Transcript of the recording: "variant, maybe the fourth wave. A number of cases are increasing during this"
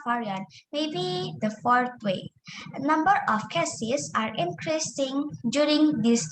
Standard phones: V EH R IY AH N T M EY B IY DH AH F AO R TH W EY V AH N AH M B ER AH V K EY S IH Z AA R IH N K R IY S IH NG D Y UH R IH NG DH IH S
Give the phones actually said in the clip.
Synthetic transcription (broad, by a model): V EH R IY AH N M EY B IY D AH F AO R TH W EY AH N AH M B ER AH F K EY S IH S AA R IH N K R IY S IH NG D Y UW R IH NG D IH S